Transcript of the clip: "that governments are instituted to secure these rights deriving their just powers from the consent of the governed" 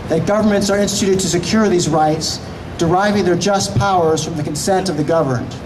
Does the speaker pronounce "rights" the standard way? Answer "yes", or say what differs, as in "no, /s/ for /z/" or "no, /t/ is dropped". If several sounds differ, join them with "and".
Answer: yes